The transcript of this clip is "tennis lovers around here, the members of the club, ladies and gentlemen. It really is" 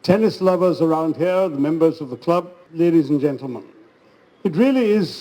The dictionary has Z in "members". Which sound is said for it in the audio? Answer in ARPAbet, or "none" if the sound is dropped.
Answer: Z